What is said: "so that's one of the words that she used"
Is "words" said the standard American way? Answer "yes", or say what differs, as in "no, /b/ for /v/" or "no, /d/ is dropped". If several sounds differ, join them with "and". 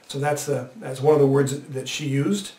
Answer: yes